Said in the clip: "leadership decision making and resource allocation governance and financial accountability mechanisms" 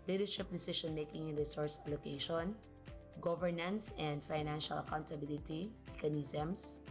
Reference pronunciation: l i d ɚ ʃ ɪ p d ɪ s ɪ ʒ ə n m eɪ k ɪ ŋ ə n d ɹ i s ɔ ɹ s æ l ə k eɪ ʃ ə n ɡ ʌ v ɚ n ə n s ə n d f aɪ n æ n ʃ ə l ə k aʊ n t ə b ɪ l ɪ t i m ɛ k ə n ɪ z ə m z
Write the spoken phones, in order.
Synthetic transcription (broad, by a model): l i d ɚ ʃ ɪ p d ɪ s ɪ ʃ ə n m eɪ k ɪ ŋ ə n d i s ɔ ɹ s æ l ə k eɪ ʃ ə n ɡ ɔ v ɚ n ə n s ə n d f aɪ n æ n ʃ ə l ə k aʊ n t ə b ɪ l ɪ t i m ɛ k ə n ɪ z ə m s